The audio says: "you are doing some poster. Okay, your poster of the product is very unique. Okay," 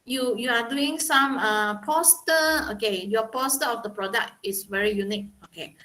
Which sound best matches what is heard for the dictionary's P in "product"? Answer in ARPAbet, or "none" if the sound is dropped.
P